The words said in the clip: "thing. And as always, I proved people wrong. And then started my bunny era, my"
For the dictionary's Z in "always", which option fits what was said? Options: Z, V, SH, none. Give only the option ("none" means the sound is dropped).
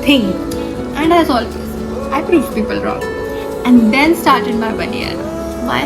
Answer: none